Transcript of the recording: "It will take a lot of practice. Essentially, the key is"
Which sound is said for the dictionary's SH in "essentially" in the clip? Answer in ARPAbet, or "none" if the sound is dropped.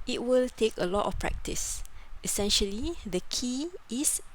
SH